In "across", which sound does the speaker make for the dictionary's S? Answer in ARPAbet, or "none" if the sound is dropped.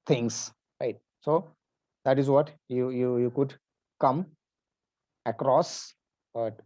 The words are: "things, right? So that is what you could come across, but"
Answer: S